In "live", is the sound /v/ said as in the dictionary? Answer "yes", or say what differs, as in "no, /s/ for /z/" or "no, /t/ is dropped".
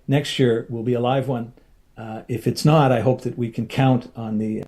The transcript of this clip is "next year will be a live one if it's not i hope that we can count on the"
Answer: yes